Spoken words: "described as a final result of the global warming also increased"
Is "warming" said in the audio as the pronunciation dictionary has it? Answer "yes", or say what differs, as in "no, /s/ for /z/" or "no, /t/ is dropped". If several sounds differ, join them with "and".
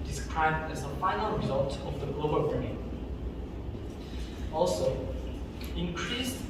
no, /m/ is dropped